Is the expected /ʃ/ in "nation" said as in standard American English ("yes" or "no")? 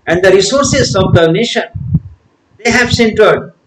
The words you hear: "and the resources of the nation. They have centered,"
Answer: yes